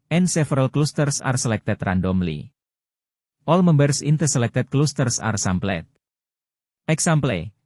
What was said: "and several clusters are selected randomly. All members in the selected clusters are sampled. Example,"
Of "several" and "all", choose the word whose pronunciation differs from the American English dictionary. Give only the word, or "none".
several